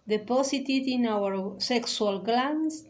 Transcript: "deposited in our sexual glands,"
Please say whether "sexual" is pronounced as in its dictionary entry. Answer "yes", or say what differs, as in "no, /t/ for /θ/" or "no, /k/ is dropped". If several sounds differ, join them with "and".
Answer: no, /s/ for /ʃ/